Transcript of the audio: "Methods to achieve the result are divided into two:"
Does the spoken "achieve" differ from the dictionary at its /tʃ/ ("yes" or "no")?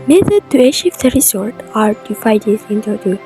yes